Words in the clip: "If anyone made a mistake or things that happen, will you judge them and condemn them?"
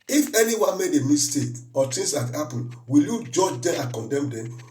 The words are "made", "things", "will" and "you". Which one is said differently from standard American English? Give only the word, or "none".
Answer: things